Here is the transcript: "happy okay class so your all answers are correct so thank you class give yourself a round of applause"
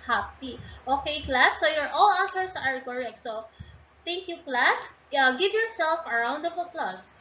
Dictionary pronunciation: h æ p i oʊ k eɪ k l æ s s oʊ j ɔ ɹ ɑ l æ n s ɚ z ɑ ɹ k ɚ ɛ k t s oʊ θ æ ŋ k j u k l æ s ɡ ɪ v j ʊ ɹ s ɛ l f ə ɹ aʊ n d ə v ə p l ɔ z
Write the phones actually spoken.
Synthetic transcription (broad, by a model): h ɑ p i oʊ k eɪ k l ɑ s s oʊ j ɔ ɹ ɑ l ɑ s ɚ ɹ ɑ ɹ k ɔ ɛ k t s oʊ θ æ ŋ k j u k l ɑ s ɡ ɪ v j ʊ ɹ s ɛ l f ə ɹ aʊ n d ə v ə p l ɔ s